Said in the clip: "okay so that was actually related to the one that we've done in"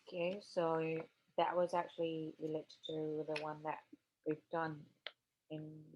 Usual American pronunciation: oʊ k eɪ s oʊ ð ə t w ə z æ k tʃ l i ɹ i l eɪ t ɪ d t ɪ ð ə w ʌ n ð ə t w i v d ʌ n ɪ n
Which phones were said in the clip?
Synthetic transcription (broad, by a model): k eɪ s oʊ ð ə t w ə z æ k tʃ l i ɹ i l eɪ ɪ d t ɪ ð ə w ʌ n ð ə t w i v d ʌ n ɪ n